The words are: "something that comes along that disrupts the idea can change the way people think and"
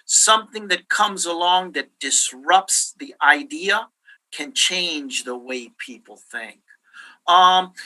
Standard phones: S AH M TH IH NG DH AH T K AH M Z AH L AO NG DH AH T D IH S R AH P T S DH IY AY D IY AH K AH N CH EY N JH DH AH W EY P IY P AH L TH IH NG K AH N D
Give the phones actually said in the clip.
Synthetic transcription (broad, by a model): S AH M TH IH NG DH AH T K AH M Z AH L AO NG DH AH T D IH S R AH P T S DH IY AY D IY AH K AH N CH EY N JH DH AH W EY P IY P L TH IH NG K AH